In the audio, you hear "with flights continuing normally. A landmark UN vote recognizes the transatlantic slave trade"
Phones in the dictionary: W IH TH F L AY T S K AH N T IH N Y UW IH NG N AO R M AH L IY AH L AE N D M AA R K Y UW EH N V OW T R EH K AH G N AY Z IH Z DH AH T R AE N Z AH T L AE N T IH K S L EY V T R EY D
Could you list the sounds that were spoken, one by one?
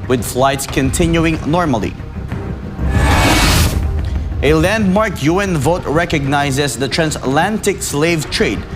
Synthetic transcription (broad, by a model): W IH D F L AY T S K AH N T IH N Y UW IH NG N AO R M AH L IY AH L AE N D M AA R K Y UW EH N V OW T R EH K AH G N AY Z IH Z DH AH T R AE N S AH T L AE N T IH K S L EY V T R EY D